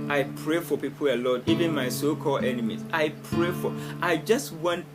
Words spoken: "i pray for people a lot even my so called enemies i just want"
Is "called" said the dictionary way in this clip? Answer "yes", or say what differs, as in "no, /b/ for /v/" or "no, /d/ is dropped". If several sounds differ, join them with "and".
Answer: no, /d/ is dropped